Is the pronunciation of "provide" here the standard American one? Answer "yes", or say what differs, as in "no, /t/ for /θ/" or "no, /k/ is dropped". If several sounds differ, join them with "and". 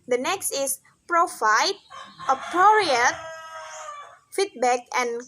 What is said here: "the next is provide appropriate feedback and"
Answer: no, /f/ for /v/